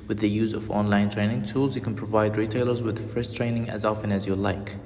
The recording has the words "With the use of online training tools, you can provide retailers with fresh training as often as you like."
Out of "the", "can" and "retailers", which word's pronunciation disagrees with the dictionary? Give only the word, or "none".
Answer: none